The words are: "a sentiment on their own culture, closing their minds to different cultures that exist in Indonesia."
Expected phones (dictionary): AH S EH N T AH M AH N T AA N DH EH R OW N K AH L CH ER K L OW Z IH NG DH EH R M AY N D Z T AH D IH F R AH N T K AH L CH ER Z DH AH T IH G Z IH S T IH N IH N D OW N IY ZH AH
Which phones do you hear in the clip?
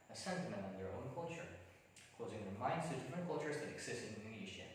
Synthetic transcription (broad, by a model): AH S EH N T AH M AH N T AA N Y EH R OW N K AH L CH ER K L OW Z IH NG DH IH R M AY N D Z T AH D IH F R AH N K AH L CH ER Z DH AH T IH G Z IH S T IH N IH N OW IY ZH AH